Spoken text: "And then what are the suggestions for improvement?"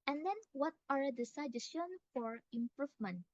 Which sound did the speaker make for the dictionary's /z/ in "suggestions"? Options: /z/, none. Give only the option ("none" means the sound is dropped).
none